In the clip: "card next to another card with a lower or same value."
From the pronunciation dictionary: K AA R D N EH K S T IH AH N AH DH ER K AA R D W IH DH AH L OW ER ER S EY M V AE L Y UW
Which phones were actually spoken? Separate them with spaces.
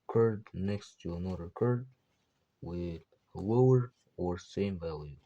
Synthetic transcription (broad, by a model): K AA R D N EH K S T IH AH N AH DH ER K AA R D W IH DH AH L OW ER ER S EY M V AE L Y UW